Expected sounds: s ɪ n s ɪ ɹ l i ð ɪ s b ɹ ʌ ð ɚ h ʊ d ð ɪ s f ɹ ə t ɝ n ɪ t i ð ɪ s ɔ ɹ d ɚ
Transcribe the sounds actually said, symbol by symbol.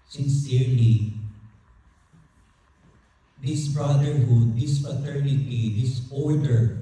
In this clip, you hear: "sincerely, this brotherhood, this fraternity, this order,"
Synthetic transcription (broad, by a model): s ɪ n s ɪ ɹ l i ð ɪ s b ɹ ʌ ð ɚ h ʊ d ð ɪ s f ə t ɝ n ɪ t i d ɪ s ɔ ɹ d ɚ